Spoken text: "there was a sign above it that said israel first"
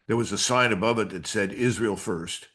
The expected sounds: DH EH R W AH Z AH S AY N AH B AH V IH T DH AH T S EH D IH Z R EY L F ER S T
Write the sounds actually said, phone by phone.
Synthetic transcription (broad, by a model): DH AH R W AH Z AH S AY N AH B AH V IH T DH AH T S EH D IH Z R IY L F ER S T